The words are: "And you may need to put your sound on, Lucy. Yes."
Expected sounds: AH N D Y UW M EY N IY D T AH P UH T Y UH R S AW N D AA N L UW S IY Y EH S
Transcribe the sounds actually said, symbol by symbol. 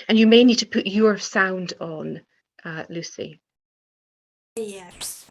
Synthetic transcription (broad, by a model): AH N Y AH M EY N IY D T AH P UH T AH R S AW N D N L UW S IY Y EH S